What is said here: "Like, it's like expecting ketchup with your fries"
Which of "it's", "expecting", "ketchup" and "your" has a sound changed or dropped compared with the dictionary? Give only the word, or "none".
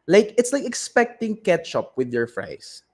none